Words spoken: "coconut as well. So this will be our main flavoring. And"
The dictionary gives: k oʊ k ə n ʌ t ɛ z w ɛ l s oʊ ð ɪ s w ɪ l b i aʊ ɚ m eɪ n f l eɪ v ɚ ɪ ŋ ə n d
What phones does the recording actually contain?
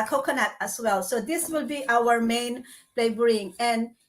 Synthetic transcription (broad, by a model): k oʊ k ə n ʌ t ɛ s w ɛ l s oʊ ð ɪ s w ɪ l b i aʊ ɚ m eɪ n p l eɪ b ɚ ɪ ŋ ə n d